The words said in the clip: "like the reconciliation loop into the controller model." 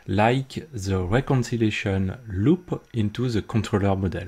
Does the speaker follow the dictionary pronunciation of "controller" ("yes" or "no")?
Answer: no